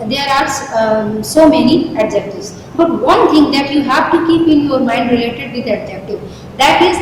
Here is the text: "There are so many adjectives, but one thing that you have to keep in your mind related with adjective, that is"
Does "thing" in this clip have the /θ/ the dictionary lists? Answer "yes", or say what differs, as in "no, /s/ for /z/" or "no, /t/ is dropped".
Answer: no, /t/ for /θ/